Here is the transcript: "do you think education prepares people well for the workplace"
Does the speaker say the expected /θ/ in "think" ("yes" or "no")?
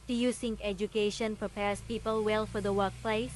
no